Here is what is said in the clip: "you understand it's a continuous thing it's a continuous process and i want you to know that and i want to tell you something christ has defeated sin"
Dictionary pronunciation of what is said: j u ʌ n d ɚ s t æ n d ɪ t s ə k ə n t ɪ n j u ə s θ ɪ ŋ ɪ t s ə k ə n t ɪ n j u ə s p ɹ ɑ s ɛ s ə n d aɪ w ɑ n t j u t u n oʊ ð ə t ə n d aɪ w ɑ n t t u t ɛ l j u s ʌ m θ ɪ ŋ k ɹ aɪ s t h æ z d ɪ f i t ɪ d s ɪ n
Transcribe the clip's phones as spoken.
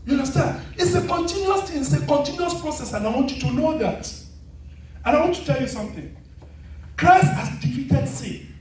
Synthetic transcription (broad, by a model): j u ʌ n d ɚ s t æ n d ɪ t s ə k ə n t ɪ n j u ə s t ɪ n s ə k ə n t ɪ n j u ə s p ɹ ɑ s ɛ s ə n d aɪ w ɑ n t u t u n oʊ ð ə t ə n aɪ w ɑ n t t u t ɛ l j u s ʌ m θ ɪ ŋ k ɹ aɪ s t h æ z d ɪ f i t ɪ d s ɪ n